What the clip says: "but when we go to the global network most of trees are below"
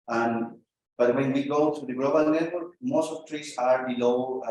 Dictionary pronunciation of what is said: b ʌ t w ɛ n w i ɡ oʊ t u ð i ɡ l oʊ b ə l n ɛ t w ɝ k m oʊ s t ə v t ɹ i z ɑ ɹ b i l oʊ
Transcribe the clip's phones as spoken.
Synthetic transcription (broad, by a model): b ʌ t w ɛ n w i ɡ oʊ t u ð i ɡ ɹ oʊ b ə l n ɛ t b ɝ m oʊ s t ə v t ɹ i s ɑ ɹ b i l oʊ